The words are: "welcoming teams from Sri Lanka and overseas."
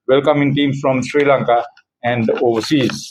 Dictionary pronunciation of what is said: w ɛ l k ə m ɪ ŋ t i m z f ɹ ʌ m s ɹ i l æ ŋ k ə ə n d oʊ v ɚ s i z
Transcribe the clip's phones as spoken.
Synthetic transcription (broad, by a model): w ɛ l k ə m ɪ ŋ t i m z f ɹ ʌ m s ɹ i l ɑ ŋ k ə ə n d oʊ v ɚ s i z